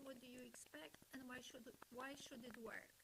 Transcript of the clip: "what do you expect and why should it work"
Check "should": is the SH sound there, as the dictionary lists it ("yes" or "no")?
yes